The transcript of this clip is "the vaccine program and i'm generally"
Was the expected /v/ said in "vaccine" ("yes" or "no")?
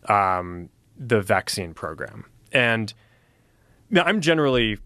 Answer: yes